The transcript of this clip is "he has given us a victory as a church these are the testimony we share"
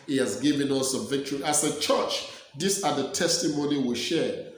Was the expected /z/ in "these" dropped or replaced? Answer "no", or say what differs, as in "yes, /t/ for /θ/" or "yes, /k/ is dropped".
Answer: yes, /s/ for /z/